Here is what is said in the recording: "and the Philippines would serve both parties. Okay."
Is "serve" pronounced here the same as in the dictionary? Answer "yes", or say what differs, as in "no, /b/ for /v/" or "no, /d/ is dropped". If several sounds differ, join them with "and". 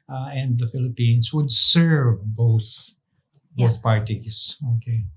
yes